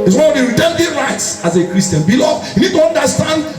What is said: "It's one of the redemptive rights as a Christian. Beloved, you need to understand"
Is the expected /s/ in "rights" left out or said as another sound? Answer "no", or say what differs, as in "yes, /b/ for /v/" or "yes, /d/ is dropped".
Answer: no